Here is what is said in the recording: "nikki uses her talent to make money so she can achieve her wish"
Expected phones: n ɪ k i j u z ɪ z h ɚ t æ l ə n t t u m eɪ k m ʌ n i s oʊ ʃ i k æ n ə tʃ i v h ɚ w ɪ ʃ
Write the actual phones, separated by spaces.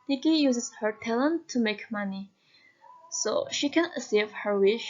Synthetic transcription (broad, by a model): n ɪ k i j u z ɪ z h ɚ t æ l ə n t t u m eɪ k m ʌ n i s oʊ ʃ i k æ n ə s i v h ɚ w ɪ ʃ